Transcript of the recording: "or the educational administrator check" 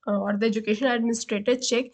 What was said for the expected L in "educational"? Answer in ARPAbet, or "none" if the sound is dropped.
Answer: N